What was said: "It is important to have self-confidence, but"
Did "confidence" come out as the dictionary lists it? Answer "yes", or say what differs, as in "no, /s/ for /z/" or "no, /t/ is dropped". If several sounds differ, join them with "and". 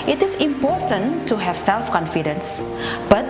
yes